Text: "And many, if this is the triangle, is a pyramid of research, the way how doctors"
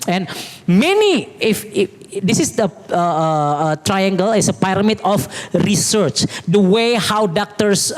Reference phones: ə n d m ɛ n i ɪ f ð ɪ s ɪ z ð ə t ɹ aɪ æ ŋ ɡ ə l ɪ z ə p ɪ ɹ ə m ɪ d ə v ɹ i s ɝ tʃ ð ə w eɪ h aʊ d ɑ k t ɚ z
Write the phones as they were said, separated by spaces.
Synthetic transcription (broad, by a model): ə n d m ɛ n i ɪ f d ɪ s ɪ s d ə t ɹ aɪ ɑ ŋ ɡ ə l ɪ s ə p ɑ ɹ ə m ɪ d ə f ɹ i s ɝ tʃ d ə w eɪ h aʊ d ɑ k t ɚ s